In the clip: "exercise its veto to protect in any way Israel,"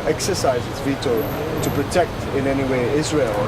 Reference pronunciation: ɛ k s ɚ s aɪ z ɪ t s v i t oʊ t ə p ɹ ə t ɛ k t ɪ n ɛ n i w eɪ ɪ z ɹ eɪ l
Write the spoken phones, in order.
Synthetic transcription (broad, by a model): ɛ k s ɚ s aɪ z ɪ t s v i t oʊ t ə p ɹ ə t ɛ k t ɪ n ɛ n i w eɪ ɪ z ɹ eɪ l